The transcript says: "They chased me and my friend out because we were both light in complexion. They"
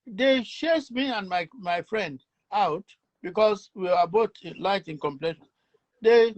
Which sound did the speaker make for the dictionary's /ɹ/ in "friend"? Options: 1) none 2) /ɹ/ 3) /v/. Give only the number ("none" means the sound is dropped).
2